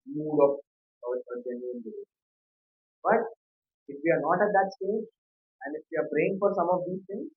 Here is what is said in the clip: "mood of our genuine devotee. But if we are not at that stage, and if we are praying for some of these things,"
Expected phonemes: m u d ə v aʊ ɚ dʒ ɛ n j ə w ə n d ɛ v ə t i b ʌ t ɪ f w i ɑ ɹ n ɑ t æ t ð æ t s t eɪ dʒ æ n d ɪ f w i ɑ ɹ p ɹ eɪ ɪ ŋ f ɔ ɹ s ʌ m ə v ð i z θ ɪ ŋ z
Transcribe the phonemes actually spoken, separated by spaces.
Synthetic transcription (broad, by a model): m u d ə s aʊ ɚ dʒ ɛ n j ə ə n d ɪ ə b ʌ t ɪ f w i ɑ ɹ n ɑ t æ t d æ t s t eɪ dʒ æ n d ɪ f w i ɑ ɹ b ɹ eɪ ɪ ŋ f ɔ ɹ s ʌ m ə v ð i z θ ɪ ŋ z